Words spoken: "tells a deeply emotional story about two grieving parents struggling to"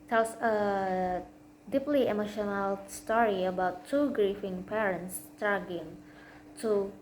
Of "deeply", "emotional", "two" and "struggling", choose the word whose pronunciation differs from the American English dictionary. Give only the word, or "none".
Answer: struggling